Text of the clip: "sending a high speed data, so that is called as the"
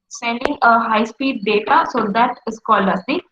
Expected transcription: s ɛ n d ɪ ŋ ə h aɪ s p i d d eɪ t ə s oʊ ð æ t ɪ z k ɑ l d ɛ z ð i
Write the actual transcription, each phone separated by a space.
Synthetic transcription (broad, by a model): s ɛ n d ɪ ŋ ə h aɪ s p i d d eɪ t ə s oʊ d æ t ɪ s k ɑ l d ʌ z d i